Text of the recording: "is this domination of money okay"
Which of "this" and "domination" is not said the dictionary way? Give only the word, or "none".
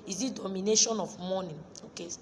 this